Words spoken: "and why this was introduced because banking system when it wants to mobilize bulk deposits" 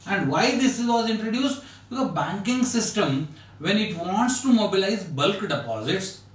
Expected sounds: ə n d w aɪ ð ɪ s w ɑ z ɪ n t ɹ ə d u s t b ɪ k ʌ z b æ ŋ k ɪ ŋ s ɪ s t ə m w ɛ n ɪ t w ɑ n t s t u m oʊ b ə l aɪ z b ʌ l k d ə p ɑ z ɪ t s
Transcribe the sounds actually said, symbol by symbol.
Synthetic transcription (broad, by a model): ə n d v aɪ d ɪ s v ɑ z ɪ n t ɹ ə d u s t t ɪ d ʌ b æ ŋ k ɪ ŋ s ɪ s t ə m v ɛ n ɪ t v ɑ n t s t u m oʊ b ə l aɪ z b ʌ l k d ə p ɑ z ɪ t s